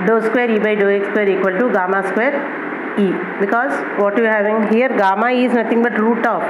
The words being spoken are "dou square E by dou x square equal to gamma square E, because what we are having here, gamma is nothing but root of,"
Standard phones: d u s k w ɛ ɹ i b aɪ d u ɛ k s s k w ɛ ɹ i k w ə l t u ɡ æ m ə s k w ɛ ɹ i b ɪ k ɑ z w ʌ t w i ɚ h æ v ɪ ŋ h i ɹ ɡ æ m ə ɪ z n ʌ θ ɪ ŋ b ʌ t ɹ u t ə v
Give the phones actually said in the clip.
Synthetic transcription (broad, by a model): d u s k w ɛ ɹ i b aɪ d u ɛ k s s k w ɛ ɹ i k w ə l t u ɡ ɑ m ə s k w ɛ ɹ i b ɪ k ɑ z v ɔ t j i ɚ h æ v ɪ ŋ h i ɹ ɡ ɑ m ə ɪ z n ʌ t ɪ ŋ b ʌ t ɹ u t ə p